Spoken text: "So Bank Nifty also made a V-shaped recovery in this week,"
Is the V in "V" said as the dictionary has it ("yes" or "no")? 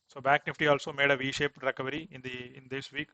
yes